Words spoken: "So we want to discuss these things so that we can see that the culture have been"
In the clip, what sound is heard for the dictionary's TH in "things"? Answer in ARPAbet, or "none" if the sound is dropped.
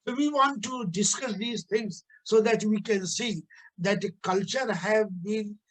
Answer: T